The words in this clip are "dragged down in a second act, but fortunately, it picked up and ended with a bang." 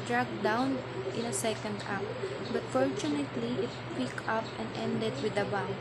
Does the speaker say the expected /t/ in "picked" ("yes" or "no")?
no